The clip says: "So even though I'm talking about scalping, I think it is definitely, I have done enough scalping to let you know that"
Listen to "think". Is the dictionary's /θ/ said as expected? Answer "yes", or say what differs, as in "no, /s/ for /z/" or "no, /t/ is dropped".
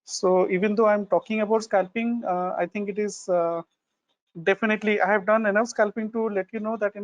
no, /t/ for /θ/